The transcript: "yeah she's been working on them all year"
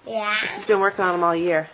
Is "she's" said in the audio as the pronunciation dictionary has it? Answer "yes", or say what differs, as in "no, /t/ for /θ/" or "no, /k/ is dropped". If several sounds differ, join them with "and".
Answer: no, /s/ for /ʃ/